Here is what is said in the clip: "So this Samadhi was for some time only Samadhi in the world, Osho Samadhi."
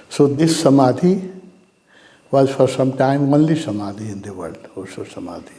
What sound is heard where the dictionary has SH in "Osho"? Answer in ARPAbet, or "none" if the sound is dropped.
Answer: S